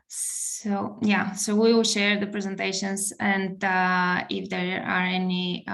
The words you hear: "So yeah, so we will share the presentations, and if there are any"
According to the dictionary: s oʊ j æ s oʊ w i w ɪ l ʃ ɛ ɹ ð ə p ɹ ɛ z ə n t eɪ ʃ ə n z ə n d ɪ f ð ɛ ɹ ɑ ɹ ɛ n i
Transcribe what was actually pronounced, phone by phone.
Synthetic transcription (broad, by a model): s oʊ j æ s oʊ w i w ɪ l ʃ ɛ ɹ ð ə p ɹ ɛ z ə n t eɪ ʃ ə n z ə n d ɪ f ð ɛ ɹ ɑ ɹ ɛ n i